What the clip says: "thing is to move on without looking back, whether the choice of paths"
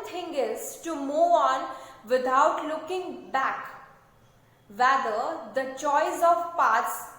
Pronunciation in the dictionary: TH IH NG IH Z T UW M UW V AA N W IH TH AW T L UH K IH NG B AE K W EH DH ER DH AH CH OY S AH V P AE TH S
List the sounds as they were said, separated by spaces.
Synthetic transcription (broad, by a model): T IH NG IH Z T UW M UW AA N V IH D AW T L UH K IH NG B AE K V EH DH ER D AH CH OY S AH V P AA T S